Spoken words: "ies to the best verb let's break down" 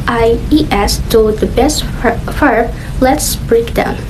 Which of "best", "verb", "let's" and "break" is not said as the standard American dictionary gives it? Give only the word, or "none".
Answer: verb